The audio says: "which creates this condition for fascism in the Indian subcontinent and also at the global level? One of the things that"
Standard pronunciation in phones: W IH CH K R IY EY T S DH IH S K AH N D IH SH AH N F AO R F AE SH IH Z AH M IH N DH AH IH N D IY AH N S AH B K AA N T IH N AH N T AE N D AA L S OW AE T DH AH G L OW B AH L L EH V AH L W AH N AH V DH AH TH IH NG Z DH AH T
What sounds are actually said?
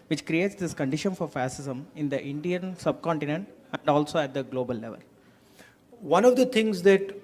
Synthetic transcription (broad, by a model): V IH CH K R IY EY T S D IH S K AH N D IH SH AH N F AO R F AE S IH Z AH M IH N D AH IH N D IY AH N S AH B K AA N T IH N AH N T AE N D AA L S OW AE T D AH G L OW B AH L L EH V AH L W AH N AH V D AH T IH NG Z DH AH T